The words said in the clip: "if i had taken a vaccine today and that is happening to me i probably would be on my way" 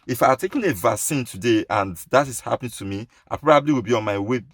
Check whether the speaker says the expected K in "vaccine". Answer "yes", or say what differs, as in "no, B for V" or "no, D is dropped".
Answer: no, K is dropped